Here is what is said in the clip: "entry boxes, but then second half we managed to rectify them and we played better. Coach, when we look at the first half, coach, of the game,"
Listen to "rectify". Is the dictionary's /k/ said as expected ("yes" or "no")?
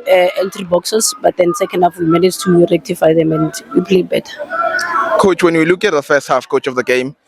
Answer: yes